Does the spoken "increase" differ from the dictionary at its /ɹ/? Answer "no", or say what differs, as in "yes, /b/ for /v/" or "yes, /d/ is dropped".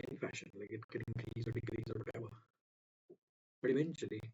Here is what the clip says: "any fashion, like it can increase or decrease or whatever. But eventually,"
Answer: yes, /ɹ/ is dropped